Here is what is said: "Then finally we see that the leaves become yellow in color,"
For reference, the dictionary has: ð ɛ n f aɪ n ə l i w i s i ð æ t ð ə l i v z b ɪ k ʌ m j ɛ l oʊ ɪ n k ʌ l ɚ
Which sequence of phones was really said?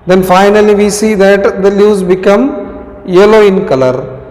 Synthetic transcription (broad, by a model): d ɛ n f aɪ n ə l i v i s i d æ t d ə l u z b ɪ k ʌ m j ɛ l oʊ ɪ n k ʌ l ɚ